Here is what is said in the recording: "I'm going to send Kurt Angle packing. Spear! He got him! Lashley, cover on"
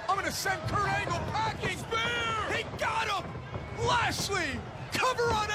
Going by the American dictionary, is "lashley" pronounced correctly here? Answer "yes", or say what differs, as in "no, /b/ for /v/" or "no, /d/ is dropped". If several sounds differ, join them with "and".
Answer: no, /s/ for /ʃ/